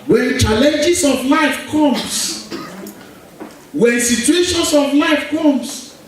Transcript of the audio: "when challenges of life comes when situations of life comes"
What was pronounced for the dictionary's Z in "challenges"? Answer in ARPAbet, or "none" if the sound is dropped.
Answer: S